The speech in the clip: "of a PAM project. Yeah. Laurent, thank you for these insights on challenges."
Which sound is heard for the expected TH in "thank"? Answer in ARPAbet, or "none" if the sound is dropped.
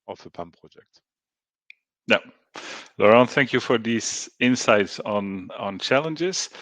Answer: TH